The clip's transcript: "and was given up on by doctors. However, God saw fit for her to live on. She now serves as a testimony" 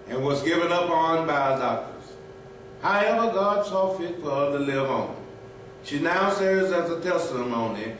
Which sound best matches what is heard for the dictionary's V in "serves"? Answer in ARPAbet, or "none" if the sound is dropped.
none